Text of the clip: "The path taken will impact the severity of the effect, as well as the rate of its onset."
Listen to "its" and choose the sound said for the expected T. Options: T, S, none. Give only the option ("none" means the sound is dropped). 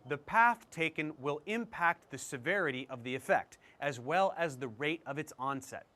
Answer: T